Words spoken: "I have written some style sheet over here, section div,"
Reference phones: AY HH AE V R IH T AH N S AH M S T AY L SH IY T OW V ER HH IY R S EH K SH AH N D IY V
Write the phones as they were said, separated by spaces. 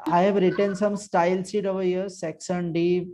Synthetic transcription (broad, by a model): AY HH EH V R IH T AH N S AH M S T AY L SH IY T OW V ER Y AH S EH K S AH N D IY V